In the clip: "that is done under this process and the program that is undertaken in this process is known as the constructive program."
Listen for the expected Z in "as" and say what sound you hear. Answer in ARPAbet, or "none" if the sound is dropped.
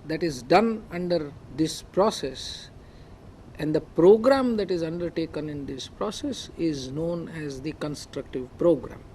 Z